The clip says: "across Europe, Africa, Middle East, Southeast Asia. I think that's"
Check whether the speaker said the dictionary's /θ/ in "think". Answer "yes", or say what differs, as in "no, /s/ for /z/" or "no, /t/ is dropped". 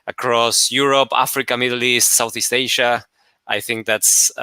yes